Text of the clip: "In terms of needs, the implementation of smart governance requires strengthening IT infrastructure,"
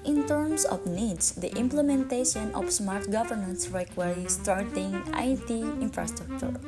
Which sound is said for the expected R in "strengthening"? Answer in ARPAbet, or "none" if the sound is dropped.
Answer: none